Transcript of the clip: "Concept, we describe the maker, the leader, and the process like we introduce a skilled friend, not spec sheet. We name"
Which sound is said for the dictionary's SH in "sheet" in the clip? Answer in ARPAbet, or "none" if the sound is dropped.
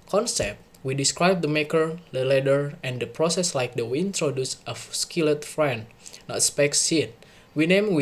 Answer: S